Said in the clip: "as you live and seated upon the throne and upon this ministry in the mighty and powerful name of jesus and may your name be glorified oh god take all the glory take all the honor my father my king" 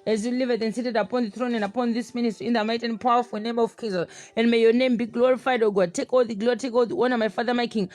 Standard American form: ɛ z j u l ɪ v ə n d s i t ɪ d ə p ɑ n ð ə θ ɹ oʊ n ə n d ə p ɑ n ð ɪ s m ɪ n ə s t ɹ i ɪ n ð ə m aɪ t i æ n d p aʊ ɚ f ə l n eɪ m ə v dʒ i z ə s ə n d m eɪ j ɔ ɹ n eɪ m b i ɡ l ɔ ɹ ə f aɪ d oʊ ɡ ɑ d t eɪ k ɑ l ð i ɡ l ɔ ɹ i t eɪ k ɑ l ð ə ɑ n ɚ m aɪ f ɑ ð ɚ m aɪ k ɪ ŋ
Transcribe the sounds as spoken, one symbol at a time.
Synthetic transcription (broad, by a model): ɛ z j u l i v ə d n s i t ɪ d ə p ɑ n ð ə θ ɹ oʊ n ə n d ə p ɑ n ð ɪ s m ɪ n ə s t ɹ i ɪ n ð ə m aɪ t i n p aʊ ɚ f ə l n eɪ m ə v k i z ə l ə n m eɪ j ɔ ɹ n eɪ m b i ɡ l ɔ ɹ ə f aɪ d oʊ ɡ ɑ d t eɪ k ɑ l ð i ɡ l ɔ ɹ i t eɪ k ɑ l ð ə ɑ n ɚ m aɪ f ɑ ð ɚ m aɪ k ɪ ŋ